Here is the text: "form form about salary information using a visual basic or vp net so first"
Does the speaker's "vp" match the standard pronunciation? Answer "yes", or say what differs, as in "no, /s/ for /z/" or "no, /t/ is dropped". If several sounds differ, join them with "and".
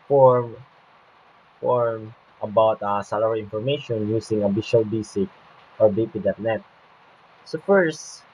no, /b/ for /v/